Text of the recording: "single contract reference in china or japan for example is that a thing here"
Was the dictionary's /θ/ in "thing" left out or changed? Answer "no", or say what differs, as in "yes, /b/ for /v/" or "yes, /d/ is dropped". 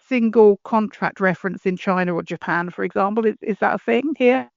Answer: no